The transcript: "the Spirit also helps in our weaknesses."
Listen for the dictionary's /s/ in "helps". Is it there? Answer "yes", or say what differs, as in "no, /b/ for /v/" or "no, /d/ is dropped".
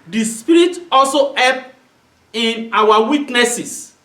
no, /s/ is dropped